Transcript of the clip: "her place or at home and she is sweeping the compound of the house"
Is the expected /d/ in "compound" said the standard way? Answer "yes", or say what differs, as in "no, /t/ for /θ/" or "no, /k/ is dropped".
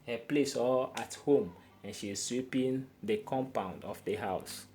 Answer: yes